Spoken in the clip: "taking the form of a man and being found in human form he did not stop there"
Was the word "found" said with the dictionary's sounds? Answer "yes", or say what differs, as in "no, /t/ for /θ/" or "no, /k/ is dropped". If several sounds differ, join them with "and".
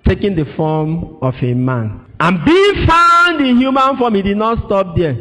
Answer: yes